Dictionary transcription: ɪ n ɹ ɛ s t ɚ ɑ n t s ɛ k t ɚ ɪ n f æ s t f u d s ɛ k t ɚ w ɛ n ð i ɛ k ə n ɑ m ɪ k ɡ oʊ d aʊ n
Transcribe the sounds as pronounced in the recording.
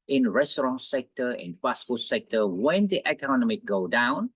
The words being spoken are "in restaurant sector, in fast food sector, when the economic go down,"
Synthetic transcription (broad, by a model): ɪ n ɹ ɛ s t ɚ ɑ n s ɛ k t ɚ ɪ n p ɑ s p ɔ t s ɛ k t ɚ w ɛ n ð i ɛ k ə n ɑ m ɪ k ɡ oʊ d aʊ n